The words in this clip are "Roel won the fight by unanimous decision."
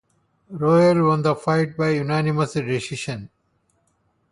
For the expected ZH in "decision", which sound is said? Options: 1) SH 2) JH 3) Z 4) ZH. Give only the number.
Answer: 1